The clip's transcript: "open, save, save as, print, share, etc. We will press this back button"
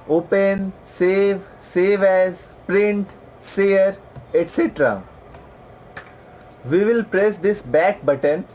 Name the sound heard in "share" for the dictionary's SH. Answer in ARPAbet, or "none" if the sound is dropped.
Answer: S